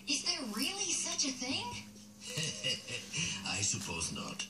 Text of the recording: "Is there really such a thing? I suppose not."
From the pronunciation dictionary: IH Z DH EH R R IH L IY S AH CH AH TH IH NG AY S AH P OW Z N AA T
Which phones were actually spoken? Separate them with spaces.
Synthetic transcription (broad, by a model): IH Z DH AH R R IH L IY S AH CH AH TH IH NG AY S AH P OW Z N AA T